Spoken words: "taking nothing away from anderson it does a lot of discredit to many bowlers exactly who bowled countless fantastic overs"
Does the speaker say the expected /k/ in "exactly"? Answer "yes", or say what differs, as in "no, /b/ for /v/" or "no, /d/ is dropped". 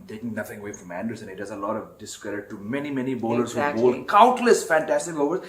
no, /k/ is dropped